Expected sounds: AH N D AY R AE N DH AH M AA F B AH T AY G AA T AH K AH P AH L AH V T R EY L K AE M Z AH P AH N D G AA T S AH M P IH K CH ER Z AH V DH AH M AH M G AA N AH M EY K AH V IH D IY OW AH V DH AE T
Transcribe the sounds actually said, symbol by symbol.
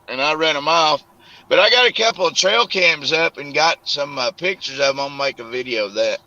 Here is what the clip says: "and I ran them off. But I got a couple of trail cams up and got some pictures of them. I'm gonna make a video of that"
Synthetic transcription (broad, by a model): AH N AY R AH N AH M AA F B AH T AY G AA T AH K AH P L AH V T R EY L K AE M Z AH P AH N G AA T S AH M P IH K CH ER Z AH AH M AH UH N M EY K AH V IH D IY OW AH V DH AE T